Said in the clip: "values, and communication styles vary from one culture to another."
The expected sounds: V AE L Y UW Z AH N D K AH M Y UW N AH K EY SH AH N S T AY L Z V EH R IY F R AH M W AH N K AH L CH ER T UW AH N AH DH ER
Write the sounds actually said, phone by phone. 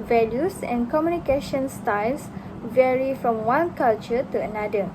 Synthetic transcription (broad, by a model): V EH L Y UW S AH N K AH M Y UW N AH K EY SH AH N S T AY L S V EH R IY F R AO M W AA N K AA L CH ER T UW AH N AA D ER